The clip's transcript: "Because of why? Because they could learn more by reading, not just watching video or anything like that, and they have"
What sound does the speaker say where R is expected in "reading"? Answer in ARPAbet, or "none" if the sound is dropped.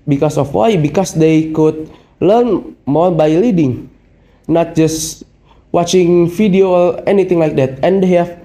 L